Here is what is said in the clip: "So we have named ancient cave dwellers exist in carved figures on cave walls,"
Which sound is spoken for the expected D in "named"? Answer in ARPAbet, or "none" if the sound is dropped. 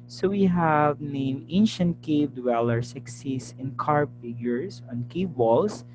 none